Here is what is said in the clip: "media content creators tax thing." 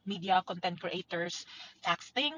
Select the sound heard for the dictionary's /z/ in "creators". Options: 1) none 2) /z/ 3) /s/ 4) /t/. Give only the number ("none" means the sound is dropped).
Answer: 3